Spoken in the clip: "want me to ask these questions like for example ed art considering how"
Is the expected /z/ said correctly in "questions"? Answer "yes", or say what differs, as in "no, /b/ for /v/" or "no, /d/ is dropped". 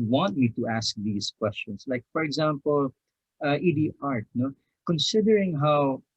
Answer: no, /s/ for /z/